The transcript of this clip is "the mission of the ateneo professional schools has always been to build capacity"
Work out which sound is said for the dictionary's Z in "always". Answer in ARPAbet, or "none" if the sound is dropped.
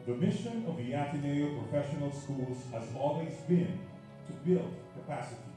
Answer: Z